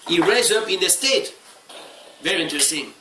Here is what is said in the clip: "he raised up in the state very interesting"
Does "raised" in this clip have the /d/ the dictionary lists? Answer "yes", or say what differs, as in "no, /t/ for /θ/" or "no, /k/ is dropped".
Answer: no, /d/ is dropped